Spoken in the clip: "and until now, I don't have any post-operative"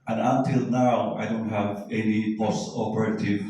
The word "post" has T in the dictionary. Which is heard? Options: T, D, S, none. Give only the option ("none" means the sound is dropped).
none